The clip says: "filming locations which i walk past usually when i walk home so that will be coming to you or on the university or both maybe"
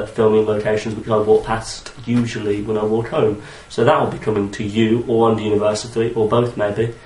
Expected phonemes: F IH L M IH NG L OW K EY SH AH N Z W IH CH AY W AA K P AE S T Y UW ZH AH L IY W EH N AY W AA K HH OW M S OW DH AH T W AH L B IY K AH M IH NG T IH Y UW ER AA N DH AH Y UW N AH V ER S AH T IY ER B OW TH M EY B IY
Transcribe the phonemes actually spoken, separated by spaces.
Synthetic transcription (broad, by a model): F IH L M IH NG L OW K EY SH AH N Z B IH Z AY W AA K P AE S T Y UW ZH AH L IY W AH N AY W AA K HH OW M S OW DH AH T W AH L B IY K AH M IH NG T IH Y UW ER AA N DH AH Y UW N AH V ER S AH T IY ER B OW TH M EY B IY